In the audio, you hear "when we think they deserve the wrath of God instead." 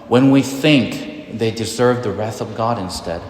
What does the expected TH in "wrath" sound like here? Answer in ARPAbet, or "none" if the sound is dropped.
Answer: TH